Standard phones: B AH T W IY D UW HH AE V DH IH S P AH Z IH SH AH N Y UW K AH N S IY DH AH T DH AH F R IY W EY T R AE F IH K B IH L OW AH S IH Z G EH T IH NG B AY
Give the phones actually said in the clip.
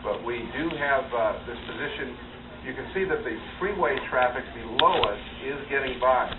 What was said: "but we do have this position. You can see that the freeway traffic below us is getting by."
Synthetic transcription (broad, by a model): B AH T W IY D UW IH V DH IH S P AH Z IH SH AH N Y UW K AH N S IY DH AH T DH AH F R IY W EY T R AE F IH K B IH L OW AH S IH Z G EH T IH NG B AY